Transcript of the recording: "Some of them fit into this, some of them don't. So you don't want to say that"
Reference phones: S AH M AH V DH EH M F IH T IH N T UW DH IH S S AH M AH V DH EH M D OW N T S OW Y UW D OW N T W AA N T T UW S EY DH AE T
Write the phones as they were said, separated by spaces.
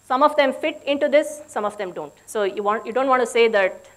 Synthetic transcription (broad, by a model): S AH M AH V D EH M F IH T IH N T UW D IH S S AH M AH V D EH M D OW N T S OW Y UW D OW N T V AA N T T UW S EY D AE T